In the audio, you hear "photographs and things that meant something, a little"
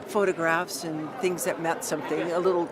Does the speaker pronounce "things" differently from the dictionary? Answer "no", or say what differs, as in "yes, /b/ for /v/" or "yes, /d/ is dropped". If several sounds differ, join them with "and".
no